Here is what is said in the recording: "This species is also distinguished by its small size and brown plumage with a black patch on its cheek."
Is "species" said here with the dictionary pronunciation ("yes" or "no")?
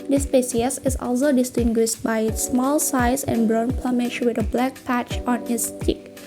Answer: no